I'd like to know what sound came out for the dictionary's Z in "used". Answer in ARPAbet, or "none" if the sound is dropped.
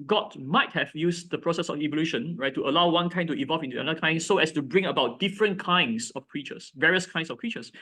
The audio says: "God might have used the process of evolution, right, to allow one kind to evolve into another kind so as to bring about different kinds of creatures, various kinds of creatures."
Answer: S